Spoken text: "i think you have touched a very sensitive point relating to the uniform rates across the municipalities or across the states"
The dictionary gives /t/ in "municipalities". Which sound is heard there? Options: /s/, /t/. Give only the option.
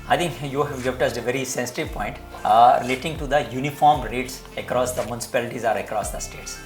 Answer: /t/